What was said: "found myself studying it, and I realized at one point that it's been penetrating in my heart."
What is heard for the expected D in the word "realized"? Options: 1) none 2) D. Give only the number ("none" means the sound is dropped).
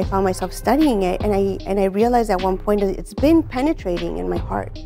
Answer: 1